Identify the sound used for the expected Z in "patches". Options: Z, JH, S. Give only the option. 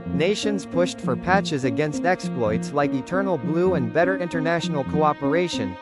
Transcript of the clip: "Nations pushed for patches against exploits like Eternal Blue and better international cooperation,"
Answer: Z